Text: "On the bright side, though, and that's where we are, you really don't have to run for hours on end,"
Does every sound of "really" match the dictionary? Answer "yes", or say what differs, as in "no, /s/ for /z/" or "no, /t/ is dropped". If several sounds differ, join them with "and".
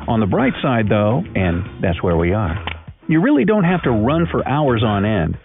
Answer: yes